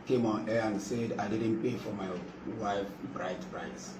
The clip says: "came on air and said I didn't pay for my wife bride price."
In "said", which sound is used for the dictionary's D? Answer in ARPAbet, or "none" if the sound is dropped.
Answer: D